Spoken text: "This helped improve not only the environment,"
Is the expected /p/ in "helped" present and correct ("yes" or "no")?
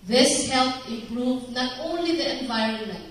no